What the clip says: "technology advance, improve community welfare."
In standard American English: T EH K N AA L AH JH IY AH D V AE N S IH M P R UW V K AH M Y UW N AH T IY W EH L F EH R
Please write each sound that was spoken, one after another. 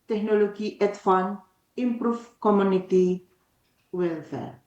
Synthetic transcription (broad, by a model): T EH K N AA L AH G IY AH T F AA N IH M P R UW F K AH M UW N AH T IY W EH L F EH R